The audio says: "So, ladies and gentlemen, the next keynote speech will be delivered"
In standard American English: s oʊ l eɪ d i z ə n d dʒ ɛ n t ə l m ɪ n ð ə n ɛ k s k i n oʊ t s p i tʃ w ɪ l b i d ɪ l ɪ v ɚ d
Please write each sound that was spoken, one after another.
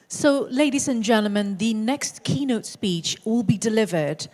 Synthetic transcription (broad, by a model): s oʊ l eɪ d i z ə n dʒ ɛ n t l m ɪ n ð ə n ɛ k s k i n oʊ t s p i tʃ w ɪ l b i d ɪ l ɪ v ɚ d